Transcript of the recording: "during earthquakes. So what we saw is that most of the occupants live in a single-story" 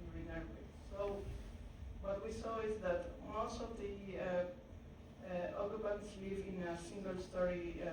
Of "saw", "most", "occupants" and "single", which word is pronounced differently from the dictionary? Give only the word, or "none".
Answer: occupants